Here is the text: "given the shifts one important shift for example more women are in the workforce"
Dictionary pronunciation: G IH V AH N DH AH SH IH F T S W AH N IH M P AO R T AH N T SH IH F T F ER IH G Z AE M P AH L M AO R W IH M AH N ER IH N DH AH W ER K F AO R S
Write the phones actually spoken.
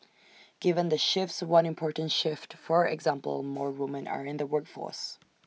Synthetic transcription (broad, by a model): G IH V AH N DH AH SH IH F T S W AH N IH M P AO R T N T SH IH F T F ER IH G Z AE M P AH L M AO R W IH M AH N ER IH N DH AH W ER K F AO R S